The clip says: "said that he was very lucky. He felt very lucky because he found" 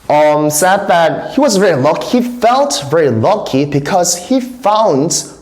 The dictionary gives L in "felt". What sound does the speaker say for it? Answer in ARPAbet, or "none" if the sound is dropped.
L